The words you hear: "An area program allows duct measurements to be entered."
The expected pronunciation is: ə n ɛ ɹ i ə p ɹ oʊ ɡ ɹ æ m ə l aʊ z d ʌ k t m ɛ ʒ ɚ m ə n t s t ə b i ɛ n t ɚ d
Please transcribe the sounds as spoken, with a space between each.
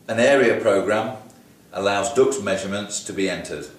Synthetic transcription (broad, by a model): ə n ɛ ɹ i ə p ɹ oʊ ɡ ɹ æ m ə l aʊ z d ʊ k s m ɛ ʒ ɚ m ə n t s t ə b i ɛ n t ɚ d